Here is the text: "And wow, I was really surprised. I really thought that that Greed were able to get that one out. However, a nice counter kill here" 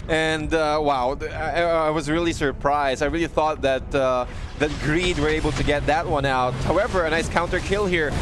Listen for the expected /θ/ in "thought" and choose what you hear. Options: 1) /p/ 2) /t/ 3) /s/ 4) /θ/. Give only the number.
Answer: 4